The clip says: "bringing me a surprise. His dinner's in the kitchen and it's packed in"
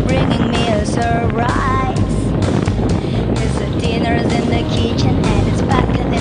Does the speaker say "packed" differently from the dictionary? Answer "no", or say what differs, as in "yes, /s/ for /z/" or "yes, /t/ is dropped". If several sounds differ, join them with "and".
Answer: yes, /b/ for /p/ and /t/ is dropped